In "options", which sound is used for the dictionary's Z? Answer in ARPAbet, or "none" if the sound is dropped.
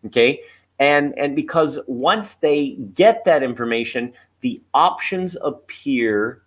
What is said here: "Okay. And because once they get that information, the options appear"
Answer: Z